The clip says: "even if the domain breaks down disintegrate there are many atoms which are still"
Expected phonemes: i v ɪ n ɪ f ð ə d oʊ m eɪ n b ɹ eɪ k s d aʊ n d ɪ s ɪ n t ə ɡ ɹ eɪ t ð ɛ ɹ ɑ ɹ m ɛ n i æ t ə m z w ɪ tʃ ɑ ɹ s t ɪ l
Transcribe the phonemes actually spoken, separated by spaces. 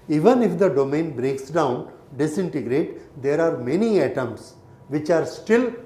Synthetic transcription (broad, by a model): i v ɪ n ɪ f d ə d oʊ m eɪ n b ɹ eɪ k s d aʊ n d ɪ s ɪ n t ə ɡ ɹ eɪ t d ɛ ɹ ɑ ɹ m ɛ n i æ t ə m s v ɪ tʃ ɑ ɹ s t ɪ l